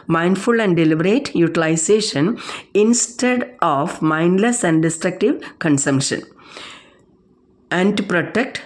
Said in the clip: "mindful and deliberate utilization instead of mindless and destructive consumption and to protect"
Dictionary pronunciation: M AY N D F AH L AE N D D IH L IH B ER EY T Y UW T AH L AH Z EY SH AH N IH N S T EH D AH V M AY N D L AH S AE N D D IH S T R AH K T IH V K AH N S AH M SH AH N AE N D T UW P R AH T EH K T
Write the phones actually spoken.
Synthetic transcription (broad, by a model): M AY N D F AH L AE N D D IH L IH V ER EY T Y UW T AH L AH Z EY SH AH N IH N S T EH D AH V M AY N D L AH S AE N D D IH S T R AH K T IH V K AH N S AH M SH AH N AE N D T UW P R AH T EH K T